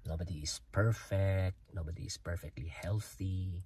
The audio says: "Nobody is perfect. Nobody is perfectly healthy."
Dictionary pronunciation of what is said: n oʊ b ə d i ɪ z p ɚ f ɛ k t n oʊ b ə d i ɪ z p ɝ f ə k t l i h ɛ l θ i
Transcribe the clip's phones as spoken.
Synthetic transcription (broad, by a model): n oʊ b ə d i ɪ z p ɚ f ɛ k t n oʊ b ə d i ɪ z p ɝ f ə k t l i h ɛ l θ i